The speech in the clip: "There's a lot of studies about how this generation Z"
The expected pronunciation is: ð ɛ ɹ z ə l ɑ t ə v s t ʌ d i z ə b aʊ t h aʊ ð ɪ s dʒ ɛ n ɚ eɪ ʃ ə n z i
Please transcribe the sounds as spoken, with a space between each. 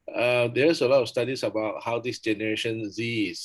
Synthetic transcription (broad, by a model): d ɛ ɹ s ə l ɑ t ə f s t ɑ d i s ə b aʊ t h aʊ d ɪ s dʒ ɛ n ɚ eɪ ʃ ə n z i